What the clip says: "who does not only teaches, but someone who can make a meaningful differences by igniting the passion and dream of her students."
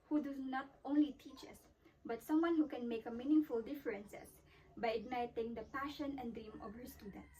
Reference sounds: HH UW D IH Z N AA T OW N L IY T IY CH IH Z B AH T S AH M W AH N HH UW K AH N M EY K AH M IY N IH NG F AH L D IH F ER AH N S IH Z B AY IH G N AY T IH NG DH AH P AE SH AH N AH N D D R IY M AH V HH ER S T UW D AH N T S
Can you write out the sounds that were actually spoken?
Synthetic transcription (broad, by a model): HH UW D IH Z N AA T OW N L IY T IY CH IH S B AH T S AH M W AH N HH UW K AH N M EY K AH M IY N IH NG F AH L D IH F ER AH N S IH S B AY IH G N AY T IH NG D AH P AE SH AH N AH N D D R IY M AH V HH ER S T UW D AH N T S